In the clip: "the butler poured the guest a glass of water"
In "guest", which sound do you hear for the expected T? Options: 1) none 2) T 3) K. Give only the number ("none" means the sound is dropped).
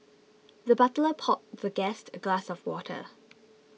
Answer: 2